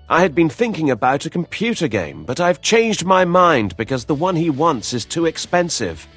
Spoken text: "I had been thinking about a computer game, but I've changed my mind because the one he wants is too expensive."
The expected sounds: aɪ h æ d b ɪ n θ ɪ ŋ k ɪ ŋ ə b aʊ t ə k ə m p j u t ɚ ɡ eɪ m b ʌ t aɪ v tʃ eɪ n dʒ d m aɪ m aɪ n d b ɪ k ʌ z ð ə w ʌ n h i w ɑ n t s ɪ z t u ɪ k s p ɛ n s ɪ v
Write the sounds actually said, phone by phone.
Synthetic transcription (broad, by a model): aɪ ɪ d b ɪ n θ ɪ ŋ k ɪ ŋ ə b aʊ t ə k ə m p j u t ɚ ɡ eɪ m b ʌ t aɪ v tʃ eɪ n dʒ d m aɪ m aɪ n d b ɪ k ʌ z ð ə w ʌ n i w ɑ n t s ɪ z t u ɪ k s p ɛ n s ɪ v